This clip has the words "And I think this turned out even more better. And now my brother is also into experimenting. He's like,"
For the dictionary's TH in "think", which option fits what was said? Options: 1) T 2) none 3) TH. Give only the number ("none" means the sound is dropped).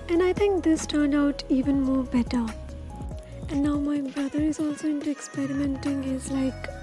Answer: 1